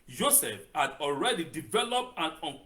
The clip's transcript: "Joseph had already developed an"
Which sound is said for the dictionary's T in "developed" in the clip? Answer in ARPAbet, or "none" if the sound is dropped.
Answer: T